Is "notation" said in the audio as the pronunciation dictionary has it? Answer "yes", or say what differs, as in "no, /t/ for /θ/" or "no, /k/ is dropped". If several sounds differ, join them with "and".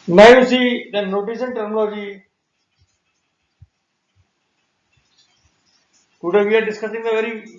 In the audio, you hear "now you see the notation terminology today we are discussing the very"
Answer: no, /s/ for /ʃ/